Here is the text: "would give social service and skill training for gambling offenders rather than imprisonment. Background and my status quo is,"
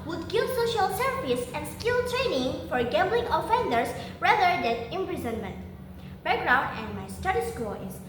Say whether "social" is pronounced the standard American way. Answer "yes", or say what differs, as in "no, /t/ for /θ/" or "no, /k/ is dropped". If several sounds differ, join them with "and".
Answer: yes